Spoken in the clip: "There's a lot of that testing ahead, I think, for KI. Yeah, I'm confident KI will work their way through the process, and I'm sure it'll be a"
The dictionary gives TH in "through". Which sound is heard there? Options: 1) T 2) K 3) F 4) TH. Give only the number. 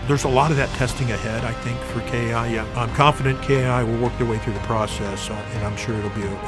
4